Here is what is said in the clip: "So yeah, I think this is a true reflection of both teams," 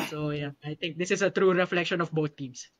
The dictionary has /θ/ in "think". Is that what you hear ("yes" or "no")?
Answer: no